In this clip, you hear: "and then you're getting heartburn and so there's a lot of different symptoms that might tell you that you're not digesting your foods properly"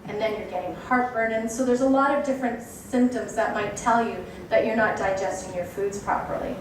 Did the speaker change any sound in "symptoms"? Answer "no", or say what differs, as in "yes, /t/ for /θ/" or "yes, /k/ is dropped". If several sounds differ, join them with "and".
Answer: no